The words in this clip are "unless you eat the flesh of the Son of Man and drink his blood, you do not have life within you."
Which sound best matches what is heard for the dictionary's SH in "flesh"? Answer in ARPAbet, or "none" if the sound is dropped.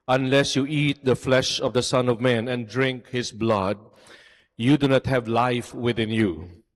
SH